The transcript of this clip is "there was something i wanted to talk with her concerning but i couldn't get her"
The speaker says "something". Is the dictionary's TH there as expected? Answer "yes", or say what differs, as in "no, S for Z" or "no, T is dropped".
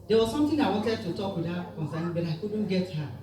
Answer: no, T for TH